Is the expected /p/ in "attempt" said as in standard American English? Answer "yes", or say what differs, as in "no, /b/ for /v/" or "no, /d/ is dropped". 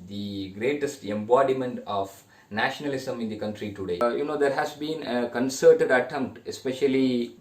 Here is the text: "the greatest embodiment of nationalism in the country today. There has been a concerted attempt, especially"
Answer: yes